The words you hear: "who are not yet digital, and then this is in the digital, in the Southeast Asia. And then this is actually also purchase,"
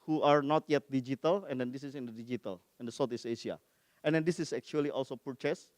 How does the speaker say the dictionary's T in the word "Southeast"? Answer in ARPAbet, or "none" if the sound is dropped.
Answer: none